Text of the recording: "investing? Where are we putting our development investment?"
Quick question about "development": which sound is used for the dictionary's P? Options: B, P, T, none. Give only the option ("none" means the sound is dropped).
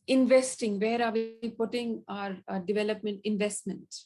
P